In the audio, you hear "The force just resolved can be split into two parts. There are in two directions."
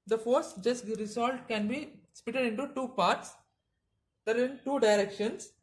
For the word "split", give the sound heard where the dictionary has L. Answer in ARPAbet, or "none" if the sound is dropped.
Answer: none